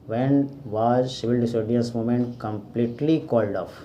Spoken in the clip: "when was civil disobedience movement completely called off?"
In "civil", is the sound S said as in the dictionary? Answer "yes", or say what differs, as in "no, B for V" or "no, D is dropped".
no, SH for S